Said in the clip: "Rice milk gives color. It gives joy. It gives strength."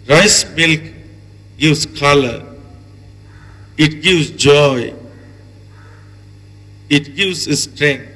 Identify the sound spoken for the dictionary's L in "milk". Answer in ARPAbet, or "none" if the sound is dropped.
L